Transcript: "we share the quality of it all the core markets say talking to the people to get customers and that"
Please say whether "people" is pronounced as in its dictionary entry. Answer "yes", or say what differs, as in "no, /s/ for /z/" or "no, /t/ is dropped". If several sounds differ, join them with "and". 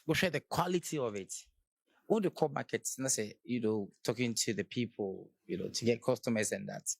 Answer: no, /n/ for /l/